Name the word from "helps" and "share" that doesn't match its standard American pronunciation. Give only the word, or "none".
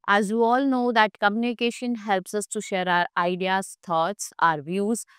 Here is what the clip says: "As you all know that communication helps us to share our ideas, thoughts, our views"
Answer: none